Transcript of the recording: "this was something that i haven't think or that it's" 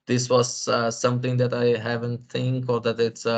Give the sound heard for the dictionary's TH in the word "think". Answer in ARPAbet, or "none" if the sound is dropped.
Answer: T